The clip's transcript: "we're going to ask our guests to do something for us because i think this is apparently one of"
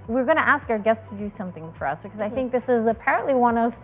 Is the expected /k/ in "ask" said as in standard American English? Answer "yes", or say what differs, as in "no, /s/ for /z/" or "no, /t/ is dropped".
yes